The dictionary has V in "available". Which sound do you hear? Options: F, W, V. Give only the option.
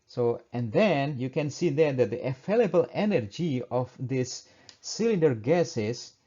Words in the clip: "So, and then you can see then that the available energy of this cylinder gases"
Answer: F